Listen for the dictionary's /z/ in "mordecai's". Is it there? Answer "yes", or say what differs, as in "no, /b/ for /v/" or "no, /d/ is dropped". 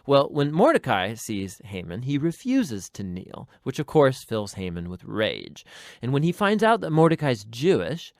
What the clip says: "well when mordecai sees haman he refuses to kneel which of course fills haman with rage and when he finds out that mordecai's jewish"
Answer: yes